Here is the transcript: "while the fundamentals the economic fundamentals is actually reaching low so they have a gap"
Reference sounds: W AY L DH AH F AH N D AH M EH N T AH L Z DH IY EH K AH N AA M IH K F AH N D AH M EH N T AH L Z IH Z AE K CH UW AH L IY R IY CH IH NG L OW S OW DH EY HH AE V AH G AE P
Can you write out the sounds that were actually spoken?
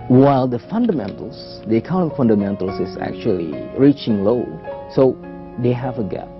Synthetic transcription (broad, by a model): W AY L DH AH F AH N D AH M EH N T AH L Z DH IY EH K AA IH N F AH N D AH M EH N T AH L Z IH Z AE K CH UW AH L IY R IY CH IH NG L OW S OW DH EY HH AE V AH G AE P